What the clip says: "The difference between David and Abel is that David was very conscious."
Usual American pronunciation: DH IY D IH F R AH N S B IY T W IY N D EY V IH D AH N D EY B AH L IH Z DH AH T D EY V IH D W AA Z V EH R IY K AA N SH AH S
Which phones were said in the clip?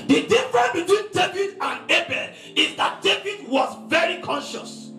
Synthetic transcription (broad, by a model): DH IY D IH F R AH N B IY T W IY N D EY V IH D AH N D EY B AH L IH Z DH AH T D EY V IH D W AA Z V EH R IY K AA N SH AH S